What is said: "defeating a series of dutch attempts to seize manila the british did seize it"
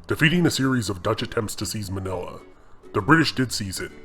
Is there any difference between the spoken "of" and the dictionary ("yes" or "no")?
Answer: no